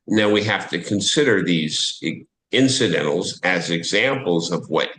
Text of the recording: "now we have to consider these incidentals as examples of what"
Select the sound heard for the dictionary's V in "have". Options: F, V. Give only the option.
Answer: F